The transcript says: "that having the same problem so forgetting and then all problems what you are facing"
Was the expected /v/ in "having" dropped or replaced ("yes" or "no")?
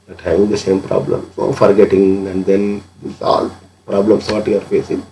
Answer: yes